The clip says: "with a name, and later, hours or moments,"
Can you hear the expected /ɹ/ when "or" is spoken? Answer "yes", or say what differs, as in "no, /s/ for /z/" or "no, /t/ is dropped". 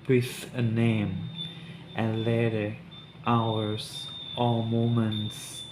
no, /l/ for /ɹ/